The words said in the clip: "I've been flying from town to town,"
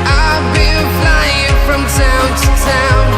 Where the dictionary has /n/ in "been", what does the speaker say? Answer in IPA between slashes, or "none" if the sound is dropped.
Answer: /l/